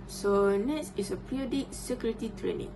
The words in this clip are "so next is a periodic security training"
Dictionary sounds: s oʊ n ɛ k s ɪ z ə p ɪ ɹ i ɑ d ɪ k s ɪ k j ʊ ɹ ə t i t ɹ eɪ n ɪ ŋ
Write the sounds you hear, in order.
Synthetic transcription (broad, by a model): s oʊ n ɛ s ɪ s ə p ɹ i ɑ d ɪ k s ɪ k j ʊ ɹ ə t i t ɹ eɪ n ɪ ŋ